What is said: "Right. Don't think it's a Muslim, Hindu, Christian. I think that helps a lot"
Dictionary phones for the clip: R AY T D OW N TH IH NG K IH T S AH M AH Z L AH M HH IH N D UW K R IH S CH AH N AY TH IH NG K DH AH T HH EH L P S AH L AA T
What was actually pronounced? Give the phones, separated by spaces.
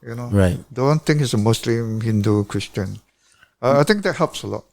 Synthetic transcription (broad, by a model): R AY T D OW N T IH NG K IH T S AH M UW S L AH M HH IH N D UW K R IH S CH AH N AY T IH NG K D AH T HH EH L P S AH L AA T